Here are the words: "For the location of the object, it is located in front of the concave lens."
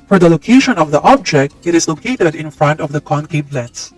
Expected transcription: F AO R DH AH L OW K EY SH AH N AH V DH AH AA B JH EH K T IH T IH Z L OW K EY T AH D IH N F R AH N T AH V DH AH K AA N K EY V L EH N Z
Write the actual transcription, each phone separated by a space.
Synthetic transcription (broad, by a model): F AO R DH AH L OW K EY SH AH N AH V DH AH AA B JH EH K T IH T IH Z L OW K EY T AH D IH N F R AH N T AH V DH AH K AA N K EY P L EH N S